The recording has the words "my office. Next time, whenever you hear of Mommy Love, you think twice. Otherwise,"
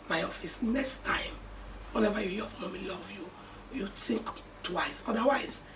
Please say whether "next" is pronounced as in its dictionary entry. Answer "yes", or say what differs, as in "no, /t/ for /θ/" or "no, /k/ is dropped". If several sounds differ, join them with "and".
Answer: yes